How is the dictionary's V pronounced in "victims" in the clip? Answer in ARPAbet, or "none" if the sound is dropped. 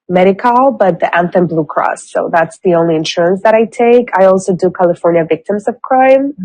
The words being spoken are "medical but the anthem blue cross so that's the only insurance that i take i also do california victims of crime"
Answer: V